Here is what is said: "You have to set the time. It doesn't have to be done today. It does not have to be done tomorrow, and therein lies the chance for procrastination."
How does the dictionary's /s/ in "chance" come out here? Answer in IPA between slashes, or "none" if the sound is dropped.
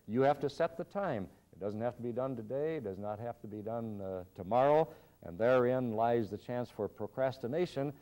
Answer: /s/